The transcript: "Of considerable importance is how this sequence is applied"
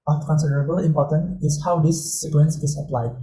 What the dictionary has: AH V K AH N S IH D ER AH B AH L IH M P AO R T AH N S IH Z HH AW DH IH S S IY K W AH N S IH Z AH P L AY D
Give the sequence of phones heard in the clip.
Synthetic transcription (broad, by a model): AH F K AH N S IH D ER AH B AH L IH M P AO T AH N IH S HH AW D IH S S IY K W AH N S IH S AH P L AY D